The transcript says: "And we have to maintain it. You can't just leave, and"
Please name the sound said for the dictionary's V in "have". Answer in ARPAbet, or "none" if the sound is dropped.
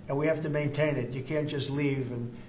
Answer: F